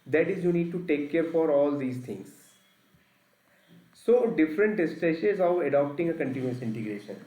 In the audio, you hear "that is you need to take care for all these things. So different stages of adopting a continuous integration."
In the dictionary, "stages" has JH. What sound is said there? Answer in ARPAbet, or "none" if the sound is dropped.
SH